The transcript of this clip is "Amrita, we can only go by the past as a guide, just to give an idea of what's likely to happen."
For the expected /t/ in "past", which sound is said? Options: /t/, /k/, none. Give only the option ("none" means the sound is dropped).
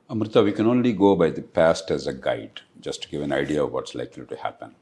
/t/